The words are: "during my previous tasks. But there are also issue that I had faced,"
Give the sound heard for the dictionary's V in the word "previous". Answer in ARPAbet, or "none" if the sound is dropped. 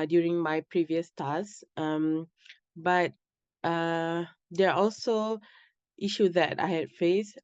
V